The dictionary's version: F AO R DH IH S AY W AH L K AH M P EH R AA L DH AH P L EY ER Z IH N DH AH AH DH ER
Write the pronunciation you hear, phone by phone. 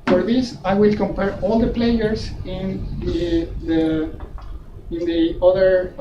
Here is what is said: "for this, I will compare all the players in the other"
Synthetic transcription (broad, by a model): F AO R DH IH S AY W AH L K AH M P EH R AA L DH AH P L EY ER S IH N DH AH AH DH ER